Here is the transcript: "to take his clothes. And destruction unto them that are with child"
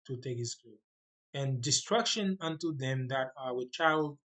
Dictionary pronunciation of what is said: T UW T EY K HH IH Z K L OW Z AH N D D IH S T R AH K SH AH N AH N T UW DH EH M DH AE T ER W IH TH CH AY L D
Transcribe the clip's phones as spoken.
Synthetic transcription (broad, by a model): T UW T EY K HH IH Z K UW AH N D D IH S T R AH K SH AH N AH N T UW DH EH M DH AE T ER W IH CH AY L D